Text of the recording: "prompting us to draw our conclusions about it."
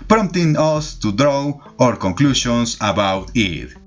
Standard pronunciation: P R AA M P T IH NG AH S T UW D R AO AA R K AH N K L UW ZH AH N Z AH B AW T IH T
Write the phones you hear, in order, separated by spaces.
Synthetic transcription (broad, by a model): P R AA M T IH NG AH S T UW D R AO AA R K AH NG K L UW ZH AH N S AH B AW T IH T